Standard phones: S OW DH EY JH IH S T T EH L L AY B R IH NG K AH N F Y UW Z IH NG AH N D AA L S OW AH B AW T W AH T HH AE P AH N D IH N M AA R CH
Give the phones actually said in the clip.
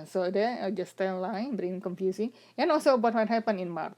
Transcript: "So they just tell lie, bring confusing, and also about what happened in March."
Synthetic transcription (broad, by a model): S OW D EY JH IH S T T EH N L AY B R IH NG K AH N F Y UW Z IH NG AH N AA L S OW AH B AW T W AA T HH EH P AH N IH N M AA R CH